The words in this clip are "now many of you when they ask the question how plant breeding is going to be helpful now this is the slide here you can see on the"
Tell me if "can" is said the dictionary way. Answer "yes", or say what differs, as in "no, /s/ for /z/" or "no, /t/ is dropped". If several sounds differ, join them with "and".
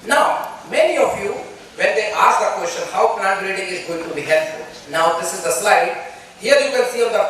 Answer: no, /l/ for /n/